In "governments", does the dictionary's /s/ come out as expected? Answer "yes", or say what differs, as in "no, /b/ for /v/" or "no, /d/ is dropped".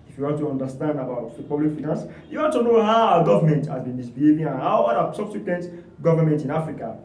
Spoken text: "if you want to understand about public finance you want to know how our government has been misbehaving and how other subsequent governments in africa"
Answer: no, /s/ is dropped